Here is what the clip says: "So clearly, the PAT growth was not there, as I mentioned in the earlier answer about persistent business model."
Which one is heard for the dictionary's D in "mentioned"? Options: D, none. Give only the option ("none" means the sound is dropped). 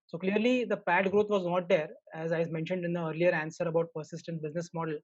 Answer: D